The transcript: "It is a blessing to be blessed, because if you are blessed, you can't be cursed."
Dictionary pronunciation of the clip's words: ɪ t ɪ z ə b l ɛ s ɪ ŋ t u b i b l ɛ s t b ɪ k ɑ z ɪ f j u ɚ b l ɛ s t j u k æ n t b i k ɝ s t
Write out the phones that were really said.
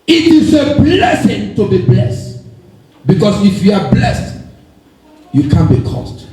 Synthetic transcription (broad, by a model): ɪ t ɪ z ə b l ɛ s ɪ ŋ t u b i b l ɛ s t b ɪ k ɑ s ɪ f j u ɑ b l ɛ s t j u k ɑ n b i k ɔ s t